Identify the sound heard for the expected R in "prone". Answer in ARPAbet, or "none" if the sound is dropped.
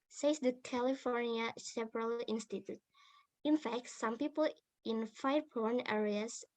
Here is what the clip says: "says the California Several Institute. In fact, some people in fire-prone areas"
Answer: none